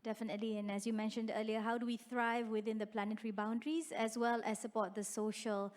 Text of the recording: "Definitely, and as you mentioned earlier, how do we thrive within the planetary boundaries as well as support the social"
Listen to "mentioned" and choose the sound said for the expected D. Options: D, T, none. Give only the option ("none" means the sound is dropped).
D